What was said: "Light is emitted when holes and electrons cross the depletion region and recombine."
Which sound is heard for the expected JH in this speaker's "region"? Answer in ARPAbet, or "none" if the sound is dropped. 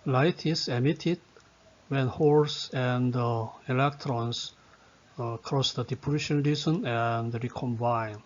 Z